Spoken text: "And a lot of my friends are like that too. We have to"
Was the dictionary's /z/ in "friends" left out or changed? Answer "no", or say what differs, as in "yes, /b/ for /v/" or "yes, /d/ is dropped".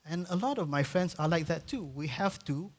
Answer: yes, /s/ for /z/